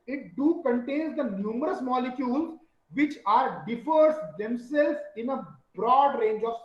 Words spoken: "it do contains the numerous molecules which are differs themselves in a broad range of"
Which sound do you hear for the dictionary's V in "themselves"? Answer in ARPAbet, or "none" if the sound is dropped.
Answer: none